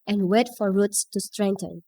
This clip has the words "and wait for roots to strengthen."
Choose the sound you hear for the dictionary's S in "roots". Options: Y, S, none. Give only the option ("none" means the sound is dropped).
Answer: S